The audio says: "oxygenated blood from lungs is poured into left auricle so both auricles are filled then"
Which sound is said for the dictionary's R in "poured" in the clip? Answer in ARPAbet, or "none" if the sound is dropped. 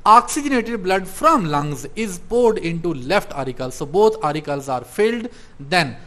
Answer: R